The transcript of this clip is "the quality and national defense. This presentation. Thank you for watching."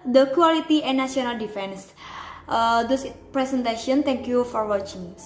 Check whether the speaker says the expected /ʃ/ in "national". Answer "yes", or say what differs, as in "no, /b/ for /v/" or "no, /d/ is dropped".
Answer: no, /ʃ/ is dropped